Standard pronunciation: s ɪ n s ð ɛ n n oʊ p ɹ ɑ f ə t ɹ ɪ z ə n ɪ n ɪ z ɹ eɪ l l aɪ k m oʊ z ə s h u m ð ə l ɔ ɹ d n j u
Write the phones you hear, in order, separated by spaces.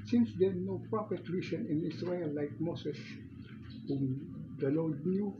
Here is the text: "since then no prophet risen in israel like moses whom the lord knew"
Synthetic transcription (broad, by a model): s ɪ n s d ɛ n n oʊ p ɹ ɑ p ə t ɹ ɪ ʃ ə n ɪ n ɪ s ɹ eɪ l l aɪ k m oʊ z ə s h u m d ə l ɔ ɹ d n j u